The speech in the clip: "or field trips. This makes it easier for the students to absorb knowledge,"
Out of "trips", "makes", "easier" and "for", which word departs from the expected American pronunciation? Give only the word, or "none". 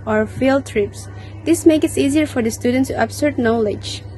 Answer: makes